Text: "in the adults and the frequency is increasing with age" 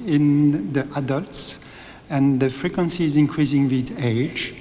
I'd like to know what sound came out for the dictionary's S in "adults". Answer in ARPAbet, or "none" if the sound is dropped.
S